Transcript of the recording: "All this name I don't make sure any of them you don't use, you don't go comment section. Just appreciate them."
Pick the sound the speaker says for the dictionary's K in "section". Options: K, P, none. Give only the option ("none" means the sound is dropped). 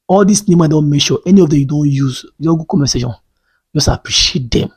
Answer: none